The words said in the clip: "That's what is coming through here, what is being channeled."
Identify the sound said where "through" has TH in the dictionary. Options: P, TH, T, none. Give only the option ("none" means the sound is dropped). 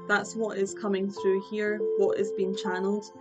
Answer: TH